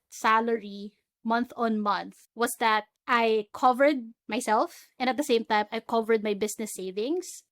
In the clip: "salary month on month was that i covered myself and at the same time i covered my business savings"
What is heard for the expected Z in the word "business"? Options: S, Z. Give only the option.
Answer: S